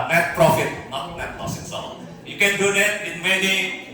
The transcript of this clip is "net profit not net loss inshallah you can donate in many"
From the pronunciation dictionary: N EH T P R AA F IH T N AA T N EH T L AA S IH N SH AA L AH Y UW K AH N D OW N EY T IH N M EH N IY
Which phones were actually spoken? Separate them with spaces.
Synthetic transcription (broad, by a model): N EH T P R AA F IH T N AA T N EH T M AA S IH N S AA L Y UW K AH N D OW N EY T IH N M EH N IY